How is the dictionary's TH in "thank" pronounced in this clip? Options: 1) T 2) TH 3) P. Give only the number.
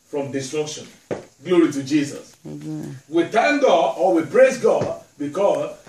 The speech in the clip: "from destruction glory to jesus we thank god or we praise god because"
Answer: 1